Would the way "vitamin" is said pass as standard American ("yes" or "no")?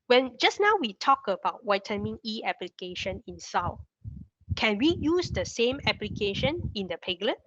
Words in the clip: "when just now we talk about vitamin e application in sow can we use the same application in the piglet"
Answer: no